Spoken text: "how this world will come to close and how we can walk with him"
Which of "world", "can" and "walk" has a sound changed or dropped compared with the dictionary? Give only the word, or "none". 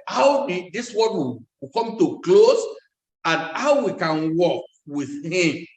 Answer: world